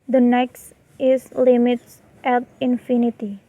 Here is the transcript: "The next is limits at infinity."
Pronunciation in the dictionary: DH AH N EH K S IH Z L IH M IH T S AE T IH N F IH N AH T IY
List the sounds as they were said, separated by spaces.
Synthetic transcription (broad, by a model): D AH N EH K S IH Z L IH M IH T S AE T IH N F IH N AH T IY